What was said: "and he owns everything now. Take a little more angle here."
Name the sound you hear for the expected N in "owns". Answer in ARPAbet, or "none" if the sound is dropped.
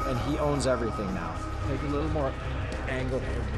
N